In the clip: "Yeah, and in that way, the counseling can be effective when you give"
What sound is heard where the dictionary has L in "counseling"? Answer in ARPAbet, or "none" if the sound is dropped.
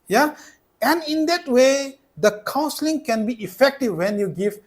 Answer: L